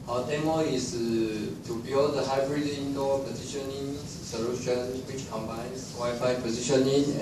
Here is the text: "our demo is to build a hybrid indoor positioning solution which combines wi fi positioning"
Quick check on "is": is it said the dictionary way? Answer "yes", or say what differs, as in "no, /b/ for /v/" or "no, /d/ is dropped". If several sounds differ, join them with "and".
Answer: no, /s/ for /z/